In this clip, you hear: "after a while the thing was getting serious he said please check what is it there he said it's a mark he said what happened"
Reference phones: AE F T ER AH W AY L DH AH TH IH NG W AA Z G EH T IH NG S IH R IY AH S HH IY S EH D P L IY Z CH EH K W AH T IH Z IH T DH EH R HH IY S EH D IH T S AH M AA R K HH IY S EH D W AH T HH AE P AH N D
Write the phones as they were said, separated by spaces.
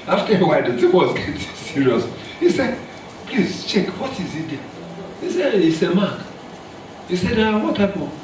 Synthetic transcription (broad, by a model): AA F T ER AH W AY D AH T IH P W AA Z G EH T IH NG S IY R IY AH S HH IY S EH D P L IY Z CH EH K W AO T IH Z IH T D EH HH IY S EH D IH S AH M AA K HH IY S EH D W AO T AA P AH